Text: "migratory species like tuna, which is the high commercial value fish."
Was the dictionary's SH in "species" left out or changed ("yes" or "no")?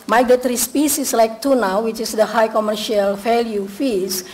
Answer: yes